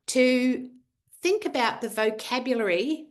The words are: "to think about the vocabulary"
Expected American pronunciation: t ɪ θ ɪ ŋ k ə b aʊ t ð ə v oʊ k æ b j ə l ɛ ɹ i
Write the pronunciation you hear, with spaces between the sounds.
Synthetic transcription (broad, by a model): t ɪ θ ɪ ŋ k ə b aʊ t ð ə v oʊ k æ b j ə l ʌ ɹ i